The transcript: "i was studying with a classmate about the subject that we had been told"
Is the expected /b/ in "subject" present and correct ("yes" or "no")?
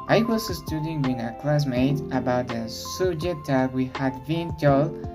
no